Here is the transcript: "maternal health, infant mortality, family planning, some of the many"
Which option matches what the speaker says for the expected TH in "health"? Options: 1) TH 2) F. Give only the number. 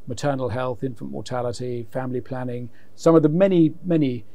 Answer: 1